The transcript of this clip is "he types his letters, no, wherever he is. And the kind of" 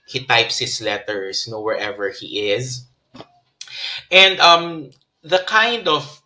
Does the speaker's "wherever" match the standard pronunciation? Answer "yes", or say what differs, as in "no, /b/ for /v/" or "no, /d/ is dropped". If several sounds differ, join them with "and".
yes